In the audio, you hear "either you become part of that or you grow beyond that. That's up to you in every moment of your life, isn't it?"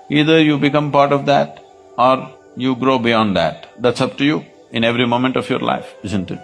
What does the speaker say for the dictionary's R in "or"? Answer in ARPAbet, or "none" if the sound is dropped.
R